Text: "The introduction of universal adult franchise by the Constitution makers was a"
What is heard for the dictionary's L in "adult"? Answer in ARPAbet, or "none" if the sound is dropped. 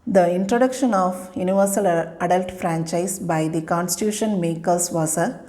L